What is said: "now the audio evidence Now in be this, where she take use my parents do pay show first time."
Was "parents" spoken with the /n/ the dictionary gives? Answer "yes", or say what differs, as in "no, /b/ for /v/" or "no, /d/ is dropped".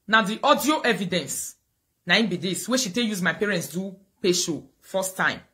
yes